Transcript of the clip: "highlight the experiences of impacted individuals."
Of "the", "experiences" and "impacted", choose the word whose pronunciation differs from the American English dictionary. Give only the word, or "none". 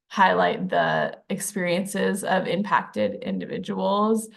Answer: none